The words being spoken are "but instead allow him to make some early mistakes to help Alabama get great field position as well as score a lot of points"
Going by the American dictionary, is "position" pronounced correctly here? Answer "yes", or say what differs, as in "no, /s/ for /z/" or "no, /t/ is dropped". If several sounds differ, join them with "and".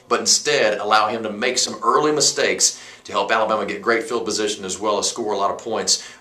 yes